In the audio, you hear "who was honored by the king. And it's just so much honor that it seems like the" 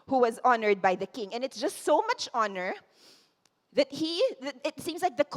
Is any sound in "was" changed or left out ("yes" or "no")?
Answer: no